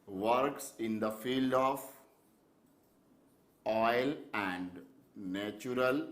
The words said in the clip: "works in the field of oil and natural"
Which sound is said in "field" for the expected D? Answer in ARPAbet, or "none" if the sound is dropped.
D